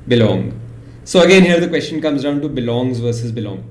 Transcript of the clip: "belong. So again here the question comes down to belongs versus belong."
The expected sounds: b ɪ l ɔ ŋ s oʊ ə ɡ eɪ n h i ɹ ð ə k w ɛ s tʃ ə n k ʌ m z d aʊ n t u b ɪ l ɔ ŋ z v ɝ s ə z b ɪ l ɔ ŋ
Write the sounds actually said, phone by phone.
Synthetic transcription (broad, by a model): b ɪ l ɔ ŋ s oʊ ə ɡ eɪ n h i ɹ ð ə k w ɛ s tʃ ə n k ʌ m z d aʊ n t u b ɪ l ɔ ŋ z v ɝ s ə z b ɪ l ɔ ŋ